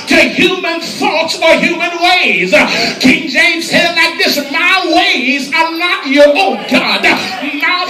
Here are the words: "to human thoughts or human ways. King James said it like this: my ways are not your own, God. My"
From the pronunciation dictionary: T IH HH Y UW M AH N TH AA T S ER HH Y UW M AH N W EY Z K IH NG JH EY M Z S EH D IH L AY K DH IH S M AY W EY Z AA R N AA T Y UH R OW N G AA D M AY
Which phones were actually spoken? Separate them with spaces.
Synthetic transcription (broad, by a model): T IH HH Y UW M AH N TH AA T S ER HH Y UW M AH N W EY Z K IH NG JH EY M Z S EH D L AY K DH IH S M AY W EY Z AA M N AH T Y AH R OW N G AA D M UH